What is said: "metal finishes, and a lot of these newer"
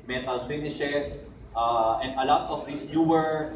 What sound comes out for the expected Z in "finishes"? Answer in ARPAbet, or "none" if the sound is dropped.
S